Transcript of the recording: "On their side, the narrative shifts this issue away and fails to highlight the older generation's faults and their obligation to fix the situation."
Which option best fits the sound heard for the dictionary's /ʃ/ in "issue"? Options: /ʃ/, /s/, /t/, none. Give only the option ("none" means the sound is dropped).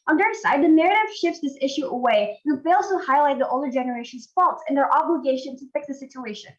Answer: /ʃ/